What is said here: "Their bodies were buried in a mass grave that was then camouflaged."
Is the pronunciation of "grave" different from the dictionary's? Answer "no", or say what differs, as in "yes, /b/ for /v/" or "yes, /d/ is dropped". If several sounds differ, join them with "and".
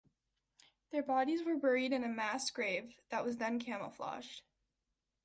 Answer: no